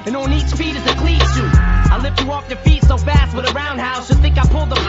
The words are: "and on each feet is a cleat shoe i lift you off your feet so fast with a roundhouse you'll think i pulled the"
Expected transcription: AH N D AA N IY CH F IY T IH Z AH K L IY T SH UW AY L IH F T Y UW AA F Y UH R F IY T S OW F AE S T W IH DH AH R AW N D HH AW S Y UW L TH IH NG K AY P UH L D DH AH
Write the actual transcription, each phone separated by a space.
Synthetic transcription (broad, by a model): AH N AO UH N IY CH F IY T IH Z AH K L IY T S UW AY L IH F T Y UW AA F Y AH R F IY T S OW F AE S T W IH DH AH R AW N D HH AW S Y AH TH IH NG K AY P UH L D DH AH